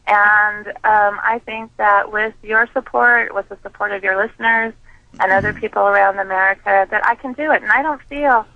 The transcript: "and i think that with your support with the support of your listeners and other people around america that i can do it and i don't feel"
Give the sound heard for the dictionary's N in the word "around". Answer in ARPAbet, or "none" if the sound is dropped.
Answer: N